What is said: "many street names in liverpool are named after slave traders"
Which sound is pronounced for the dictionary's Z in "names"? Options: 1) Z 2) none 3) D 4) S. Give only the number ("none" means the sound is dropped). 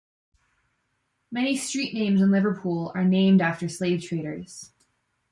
1